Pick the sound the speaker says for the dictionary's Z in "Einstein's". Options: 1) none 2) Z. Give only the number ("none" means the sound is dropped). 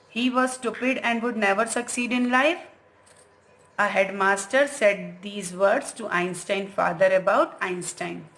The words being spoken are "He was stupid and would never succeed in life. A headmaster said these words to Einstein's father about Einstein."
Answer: 1